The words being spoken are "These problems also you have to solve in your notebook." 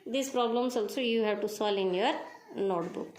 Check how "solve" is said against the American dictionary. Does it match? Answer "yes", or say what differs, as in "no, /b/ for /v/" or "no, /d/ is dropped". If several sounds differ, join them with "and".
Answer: no, /v/ is dropped